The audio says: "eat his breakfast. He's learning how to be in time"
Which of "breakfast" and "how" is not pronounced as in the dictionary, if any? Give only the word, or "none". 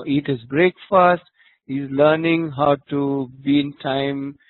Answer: none